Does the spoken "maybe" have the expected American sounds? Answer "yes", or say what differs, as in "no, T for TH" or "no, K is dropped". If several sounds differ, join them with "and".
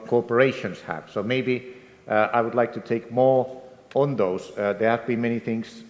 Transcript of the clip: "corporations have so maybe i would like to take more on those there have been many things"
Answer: yes